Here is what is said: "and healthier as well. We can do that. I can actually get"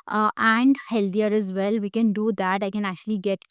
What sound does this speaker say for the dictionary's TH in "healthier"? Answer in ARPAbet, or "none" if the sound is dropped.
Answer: T